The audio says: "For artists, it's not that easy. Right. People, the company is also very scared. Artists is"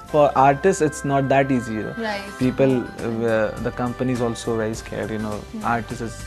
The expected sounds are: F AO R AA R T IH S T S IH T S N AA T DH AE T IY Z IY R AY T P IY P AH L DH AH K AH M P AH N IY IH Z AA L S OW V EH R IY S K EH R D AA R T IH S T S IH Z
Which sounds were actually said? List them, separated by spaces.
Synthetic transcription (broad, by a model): F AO R AA R T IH S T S IH T S N AA T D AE T IY Z IY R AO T P IY P AH L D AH K AH M P AH N IY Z AA L S OW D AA IY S K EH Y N AA R T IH S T IH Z